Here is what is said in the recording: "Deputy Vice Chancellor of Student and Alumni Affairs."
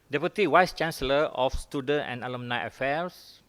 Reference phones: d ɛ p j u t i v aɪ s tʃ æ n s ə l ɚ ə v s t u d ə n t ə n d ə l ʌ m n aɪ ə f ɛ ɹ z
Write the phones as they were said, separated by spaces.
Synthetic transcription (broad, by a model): d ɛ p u t i w aɪ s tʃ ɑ n s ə l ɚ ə f s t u d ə n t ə n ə l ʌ m n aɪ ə f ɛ ɹ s